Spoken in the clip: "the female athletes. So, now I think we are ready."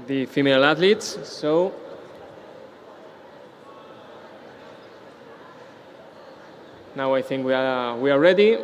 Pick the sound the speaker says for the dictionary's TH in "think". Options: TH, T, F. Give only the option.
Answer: TH